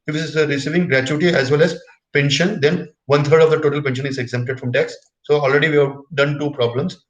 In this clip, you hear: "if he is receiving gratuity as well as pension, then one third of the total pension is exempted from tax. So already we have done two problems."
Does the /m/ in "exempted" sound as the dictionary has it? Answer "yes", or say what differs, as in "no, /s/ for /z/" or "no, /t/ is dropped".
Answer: yes